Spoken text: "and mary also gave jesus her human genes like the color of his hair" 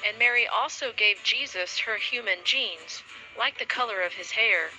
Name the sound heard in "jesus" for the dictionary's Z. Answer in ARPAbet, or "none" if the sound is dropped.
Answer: Z